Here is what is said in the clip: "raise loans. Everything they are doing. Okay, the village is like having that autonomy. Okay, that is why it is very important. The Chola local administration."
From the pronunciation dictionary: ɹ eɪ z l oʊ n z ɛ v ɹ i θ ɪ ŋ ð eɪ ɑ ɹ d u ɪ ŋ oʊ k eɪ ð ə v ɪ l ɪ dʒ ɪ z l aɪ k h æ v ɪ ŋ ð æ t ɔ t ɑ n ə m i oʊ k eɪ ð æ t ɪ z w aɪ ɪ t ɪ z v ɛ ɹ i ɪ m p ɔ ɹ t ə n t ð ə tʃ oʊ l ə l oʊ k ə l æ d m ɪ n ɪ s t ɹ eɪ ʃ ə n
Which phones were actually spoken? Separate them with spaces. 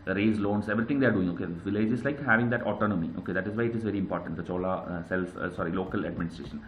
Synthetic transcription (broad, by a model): ɹ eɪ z l oʊ n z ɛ v ɹ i t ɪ ŋ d eɪ ɑ ɹ d u ɪ ŋ oʊ k eɪ v ɪ l ɪ dʒ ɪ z l aɪ k h æ v ɪ ŋ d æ t ɔ t ɑ n ə m i oʊ k eɪ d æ t ɪ z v aɪ ɪ t ɪ z v ɛ ɹ i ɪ m p ɔ ɹ t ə n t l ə s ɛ l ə l oʊ k ə l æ d m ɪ n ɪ s t ɹ eɪ ʃ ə n